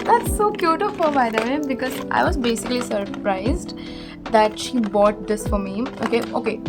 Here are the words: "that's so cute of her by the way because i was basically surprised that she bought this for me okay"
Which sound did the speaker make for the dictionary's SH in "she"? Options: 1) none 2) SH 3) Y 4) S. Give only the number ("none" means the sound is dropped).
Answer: 2